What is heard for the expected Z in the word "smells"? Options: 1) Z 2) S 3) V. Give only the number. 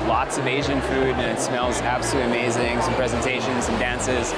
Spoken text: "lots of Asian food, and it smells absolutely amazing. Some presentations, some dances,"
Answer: 1